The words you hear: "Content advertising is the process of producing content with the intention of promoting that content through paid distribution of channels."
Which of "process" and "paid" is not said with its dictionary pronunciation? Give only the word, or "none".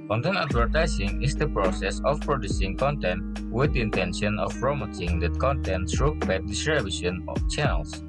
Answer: paid